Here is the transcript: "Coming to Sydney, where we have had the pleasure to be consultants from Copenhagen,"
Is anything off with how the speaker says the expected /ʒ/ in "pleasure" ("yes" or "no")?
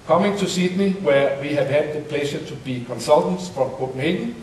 yes